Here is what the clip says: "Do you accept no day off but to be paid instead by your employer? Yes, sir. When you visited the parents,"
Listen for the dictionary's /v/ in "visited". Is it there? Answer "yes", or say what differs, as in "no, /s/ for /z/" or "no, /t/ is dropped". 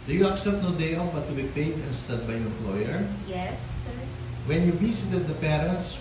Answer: no, /b/ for /v/